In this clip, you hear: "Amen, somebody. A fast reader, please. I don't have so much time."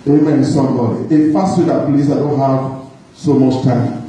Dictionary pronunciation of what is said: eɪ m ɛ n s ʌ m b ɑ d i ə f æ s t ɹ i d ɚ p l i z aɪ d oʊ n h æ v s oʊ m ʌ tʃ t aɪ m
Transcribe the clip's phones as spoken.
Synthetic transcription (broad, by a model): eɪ m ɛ n s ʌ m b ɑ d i ə f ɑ s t w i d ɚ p l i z aɪ d oʊ n h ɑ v s oʊ m ʌ tʃ t aɪ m